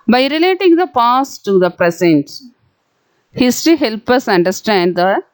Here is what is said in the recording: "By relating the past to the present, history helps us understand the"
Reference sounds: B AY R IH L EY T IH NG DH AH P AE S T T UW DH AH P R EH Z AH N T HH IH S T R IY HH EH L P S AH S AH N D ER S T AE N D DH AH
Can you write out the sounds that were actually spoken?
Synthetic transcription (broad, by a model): B AY R IH L EY T IH NG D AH P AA S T T UW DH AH P R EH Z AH N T HH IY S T IY HH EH L P AH S AH N D ER S T AE N D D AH